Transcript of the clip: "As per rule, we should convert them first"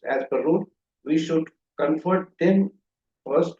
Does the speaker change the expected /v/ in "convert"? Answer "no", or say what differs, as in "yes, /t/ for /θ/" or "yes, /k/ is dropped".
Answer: yes, /f/ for /v/